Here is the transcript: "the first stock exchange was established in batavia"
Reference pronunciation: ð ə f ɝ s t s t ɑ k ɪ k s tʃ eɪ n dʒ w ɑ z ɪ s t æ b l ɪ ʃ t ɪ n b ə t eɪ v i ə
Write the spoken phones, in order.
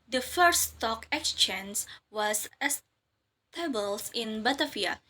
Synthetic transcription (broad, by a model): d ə f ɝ t s t ɑ k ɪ k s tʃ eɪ n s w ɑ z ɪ s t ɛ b ɪ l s ɪ n b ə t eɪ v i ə